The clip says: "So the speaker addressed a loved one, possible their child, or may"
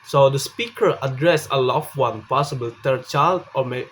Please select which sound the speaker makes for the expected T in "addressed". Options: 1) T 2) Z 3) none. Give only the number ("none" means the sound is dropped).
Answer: 3